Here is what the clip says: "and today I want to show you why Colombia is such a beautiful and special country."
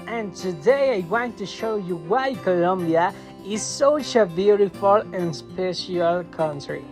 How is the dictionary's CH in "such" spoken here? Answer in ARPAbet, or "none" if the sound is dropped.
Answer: SH